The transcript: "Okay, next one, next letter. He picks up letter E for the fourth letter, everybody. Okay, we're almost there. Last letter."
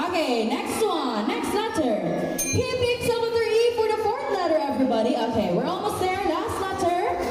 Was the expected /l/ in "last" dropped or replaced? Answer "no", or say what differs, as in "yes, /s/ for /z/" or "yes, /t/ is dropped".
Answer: yes, /n/ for /l/